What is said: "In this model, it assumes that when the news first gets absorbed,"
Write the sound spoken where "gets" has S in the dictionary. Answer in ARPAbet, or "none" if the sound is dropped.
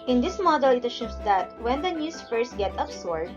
none